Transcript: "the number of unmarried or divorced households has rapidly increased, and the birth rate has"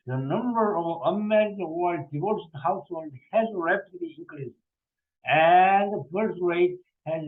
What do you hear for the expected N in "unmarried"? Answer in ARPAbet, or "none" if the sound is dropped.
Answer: none